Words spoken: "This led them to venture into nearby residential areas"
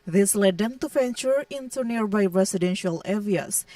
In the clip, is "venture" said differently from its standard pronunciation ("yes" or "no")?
yes